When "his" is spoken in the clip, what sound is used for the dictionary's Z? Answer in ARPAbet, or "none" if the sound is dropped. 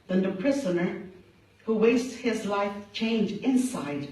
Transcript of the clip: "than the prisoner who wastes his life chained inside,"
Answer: Z